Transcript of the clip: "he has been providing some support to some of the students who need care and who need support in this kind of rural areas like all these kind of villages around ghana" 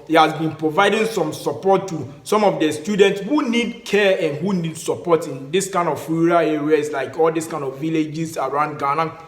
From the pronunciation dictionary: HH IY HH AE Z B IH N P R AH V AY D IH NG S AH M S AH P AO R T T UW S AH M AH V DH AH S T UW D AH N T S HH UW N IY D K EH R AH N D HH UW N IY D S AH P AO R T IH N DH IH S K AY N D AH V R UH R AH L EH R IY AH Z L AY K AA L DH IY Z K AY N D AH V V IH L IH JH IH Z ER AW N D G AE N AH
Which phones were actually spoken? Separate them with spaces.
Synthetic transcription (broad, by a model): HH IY HH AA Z B IH N P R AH V AY D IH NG S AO M S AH P AO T T UW S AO M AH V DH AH S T UW D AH N T S HH UW N IY D K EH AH N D HH UW N IY D S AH P AO T IH N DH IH S K AY N D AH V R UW R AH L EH R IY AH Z L AY K AA L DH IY S K AY N D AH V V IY L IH JH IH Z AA AW N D G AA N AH